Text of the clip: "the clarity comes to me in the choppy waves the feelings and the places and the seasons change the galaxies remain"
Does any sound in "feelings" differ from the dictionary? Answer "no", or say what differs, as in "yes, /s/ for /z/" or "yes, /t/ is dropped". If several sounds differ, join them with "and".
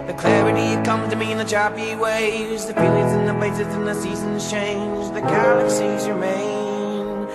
yes, /ŋ/ is dropped